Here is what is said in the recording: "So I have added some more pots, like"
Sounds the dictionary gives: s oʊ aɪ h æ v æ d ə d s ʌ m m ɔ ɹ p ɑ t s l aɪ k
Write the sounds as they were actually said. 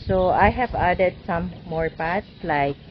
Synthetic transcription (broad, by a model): s oʊ aɪ h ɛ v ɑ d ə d s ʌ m m ɔ ɹ p ɑ t s l aɪ k